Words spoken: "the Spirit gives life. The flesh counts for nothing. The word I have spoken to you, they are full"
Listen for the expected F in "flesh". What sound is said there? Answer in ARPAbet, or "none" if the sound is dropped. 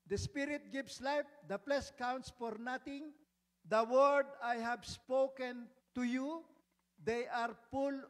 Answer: P